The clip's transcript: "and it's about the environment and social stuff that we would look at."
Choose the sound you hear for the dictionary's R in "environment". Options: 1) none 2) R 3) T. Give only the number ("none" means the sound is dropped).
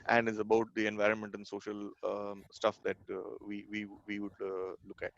2